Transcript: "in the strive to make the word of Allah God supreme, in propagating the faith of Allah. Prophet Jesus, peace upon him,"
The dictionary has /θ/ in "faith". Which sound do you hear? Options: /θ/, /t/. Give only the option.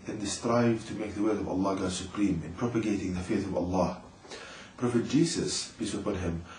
/θ/